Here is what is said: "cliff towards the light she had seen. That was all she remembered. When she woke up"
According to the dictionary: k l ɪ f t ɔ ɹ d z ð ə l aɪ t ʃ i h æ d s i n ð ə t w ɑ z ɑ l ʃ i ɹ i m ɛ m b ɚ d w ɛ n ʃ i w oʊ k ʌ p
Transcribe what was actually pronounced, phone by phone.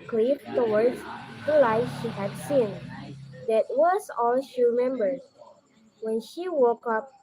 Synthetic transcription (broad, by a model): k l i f t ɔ w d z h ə l aɪ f ʃ i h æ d s i n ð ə t w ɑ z ɑ l ʃ i ɹ i m ɛ m b ɚ d w ɛ n ʃ i w oʊ k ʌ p